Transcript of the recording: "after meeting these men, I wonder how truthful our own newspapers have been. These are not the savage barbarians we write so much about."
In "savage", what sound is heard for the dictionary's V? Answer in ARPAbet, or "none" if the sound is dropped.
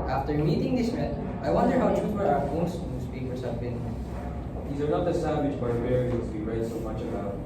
W